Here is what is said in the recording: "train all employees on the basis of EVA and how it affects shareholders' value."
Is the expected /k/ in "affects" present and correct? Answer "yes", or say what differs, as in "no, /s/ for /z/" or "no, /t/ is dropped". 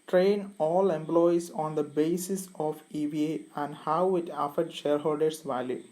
no, /k/ is dropped